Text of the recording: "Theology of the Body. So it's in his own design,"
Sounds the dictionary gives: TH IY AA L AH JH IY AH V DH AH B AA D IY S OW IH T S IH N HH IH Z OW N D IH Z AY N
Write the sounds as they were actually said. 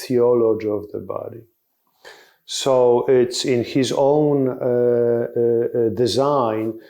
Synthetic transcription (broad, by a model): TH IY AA L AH JH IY AH V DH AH B AA D IY S OW IH T S IH N HH IH Z OW N D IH Z AY N